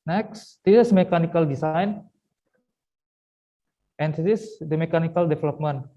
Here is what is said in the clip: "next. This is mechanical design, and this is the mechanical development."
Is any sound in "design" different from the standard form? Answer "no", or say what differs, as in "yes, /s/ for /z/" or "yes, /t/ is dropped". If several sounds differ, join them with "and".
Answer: yes, /s/ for /z/